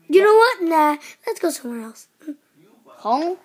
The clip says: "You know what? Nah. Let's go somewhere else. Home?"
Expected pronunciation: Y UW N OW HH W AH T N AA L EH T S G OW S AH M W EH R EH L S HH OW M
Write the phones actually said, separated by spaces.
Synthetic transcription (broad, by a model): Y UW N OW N W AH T N AA L EH T S G OW S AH M W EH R EH L S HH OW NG